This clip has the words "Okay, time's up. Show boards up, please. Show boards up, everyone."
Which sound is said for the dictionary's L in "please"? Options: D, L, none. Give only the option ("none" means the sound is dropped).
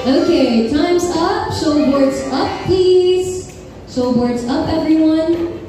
none